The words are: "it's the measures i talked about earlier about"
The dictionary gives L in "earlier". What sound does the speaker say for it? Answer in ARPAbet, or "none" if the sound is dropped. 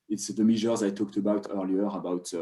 L